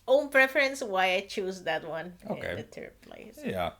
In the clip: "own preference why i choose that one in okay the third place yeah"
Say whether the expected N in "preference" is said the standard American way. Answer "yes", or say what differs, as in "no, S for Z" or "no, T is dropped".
yes